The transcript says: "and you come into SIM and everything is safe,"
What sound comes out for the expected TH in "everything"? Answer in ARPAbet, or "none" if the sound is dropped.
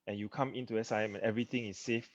T